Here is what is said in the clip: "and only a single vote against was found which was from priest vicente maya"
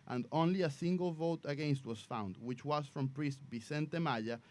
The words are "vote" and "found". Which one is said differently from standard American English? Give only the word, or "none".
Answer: none